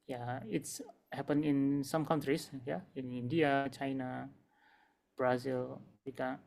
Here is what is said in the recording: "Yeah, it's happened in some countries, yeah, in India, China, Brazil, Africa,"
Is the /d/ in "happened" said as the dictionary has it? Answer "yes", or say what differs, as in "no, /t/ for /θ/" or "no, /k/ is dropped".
no, /d/ is dropped